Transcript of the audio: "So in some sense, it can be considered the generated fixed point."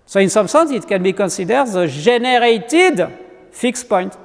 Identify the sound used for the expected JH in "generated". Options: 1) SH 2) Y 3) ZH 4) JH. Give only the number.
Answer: 3